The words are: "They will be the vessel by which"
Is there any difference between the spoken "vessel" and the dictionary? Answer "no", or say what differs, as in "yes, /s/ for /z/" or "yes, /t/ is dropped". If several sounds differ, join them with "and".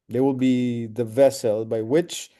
no